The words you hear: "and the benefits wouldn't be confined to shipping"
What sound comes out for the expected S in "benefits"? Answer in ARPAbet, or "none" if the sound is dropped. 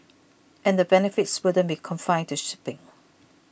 S